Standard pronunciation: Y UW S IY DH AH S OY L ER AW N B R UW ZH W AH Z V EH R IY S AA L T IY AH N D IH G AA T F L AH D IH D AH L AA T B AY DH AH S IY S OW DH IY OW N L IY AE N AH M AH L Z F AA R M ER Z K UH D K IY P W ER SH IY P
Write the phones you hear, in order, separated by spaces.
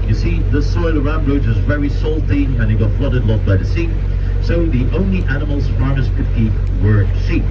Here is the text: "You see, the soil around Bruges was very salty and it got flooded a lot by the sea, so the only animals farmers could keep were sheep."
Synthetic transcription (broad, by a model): Y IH S IY DH AH S OY L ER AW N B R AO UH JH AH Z V EH R IY S AA L T IY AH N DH IH G AA T F L AH D IH D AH L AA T B AY DH AH S IY S OW DH IY OW N L IY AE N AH M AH L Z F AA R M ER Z K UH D K IY P W ER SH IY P